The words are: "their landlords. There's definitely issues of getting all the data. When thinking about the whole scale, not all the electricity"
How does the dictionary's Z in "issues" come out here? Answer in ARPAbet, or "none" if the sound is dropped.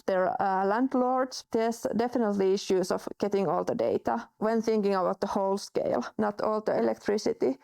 S